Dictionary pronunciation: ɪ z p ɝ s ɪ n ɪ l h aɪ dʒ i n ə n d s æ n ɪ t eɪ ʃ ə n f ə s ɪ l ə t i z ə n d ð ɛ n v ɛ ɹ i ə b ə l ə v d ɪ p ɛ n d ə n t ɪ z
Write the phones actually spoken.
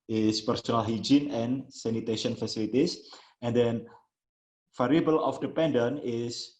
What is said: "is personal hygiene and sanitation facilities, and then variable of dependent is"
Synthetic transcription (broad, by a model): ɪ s p ɝ s ɪ n ɪ l h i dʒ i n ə n s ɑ n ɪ t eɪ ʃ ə n f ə s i l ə t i s ə n d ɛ n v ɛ ɹ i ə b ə l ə f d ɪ p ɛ n d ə n ɪ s